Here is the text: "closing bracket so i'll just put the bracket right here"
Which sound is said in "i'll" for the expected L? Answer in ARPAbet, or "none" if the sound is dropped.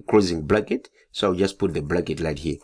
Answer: W